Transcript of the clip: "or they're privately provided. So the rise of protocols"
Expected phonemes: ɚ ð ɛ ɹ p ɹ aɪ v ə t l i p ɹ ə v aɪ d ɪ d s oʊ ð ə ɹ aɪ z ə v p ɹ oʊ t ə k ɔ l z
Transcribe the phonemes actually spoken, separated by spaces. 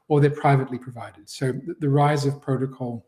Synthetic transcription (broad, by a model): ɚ ð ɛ ɹ p ɹ aɪ v ə t l i p ɹ ə v aɪ d ɪ d s oʊ ð ə ɹ aɪ z ə v p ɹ oʊ t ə k ɔ l